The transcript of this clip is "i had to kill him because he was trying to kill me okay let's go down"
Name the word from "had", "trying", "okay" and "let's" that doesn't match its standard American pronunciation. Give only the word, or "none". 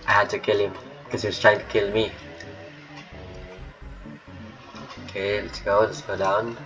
none